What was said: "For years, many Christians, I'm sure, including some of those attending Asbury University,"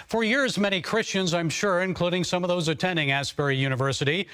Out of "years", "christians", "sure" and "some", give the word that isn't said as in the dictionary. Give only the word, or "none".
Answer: none